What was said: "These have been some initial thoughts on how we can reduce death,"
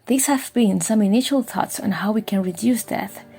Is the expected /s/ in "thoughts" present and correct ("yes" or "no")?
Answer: yes